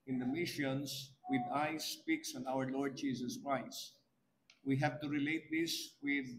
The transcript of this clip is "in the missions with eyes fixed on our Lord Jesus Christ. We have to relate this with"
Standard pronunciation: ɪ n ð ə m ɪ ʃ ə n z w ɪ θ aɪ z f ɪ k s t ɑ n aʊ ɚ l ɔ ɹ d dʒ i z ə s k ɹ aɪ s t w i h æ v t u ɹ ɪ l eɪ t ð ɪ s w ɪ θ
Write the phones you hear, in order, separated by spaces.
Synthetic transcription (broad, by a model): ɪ n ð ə m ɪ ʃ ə n s w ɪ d aɪ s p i k s ɑ n aʊ ɚ l ɔ ɹ d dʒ i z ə s k ɹ aɪ s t w i h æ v t u ɹ ɪ l eɪ t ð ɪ s w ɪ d